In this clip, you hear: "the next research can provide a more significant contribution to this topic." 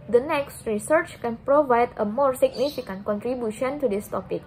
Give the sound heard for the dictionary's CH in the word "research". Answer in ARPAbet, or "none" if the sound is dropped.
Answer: CH